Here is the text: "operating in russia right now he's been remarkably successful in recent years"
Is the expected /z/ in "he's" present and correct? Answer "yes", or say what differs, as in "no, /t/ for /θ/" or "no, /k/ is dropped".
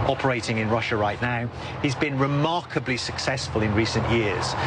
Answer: yes